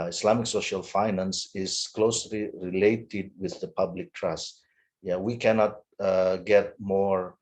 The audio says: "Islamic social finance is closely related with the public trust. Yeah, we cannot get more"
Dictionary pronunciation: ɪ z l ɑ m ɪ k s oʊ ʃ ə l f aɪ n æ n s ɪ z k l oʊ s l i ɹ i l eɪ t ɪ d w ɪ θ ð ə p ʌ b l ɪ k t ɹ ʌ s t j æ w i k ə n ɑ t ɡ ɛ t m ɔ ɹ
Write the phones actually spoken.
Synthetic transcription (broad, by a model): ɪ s l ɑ m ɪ k s oʊ ʃ ə l f aɪ n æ n s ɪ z k l oʊ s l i ɹ i l eɪ t ɪ d w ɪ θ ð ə p ʌ b l ɪ k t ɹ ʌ s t j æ w i k ə n ɑ t ɡ ɛ t m ɔ ɹ